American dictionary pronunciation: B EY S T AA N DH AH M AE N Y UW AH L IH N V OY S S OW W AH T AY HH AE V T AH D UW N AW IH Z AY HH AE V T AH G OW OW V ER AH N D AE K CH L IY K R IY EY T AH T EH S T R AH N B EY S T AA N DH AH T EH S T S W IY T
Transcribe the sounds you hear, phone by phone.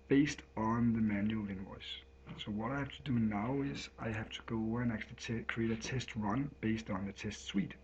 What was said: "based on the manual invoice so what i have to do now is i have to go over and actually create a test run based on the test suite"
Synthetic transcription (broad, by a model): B EY S T N DH AH M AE N Y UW L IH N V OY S S OW W AH T AY HH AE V T AH D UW N AW IH Z AY HH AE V T AH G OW OW UH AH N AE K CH IY K R IY EY T AH T EH S T R AH N B EY S T N DH AH T EH S T S W IY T